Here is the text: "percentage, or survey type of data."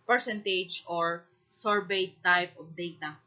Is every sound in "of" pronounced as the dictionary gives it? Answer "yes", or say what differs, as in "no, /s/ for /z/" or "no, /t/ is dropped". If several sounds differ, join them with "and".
no, /p/ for /v/